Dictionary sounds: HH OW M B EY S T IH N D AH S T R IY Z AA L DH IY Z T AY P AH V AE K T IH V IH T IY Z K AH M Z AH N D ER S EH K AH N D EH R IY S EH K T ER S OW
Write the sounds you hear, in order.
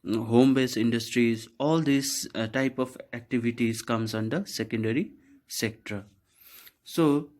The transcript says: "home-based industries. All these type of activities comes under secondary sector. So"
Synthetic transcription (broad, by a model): HH OW M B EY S IH N D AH S T R IY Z AA L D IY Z T AY P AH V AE K T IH V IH T IY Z K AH M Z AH N D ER S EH K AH N D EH R IY S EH K T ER S OW